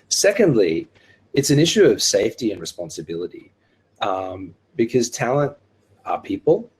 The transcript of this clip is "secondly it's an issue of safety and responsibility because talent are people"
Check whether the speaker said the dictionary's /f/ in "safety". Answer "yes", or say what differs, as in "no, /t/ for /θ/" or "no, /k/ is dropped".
yes